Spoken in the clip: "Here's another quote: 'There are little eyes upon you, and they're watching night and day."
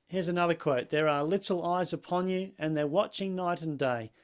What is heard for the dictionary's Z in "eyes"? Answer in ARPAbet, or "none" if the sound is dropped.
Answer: Z